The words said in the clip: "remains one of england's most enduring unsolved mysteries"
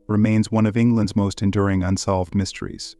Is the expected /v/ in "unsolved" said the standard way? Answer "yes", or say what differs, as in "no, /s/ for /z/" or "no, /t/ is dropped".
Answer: yes